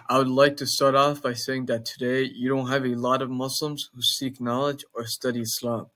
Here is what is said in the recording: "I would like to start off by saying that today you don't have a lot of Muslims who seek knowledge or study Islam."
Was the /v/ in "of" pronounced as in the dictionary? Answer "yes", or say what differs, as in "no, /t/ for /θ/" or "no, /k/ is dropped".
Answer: yes